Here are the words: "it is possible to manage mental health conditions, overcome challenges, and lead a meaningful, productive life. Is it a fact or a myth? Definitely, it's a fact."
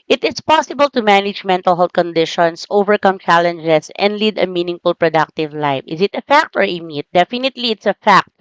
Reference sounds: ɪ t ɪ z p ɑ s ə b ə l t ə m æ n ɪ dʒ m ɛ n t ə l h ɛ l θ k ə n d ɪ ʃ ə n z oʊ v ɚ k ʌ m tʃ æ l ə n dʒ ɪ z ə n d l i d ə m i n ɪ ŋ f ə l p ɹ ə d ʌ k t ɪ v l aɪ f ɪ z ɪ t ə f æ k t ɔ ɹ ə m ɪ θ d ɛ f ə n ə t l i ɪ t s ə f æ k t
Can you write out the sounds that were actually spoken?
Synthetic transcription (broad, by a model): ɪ t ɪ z p ɑ s ə b ə l t ə m æ n ɪ dʒ m ɛ n t ə l h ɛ l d k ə n d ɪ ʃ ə n s oʊ v ɚ k ʌ m tʃ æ l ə n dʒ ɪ s ə n d l i d ə m i n ɪ ŋ f ə l p ɹ ə d ʌ k t ɪ v l aɪ f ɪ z ɪ t ə f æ k t ɔ ɹ ə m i t d ɛ f ə n ə t l i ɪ t s ə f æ k t